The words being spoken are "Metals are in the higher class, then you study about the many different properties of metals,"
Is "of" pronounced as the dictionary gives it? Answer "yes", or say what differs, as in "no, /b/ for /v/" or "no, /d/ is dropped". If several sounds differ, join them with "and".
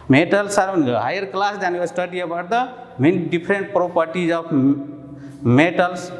no, /p/ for /v/